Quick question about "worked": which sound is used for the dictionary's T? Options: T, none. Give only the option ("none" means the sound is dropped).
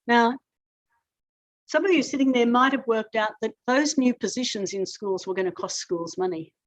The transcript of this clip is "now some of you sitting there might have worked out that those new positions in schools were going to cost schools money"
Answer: T